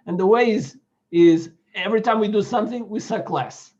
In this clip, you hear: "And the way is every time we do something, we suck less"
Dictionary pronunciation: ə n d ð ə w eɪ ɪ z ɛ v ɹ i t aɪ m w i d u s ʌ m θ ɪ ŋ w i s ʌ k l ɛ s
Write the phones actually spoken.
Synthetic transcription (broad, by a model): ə n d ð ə w eɪ ɪ z ɛ v ɹ i t aɪ m w i d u s ʌ m θ ɪ ŋ w i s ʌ k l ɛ s